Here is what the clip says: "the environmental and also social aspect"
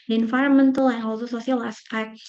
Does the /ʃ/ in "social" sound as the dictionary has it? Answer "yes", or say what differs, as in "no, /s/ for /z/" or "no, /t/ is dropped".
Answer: no, /s/ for /ʃ/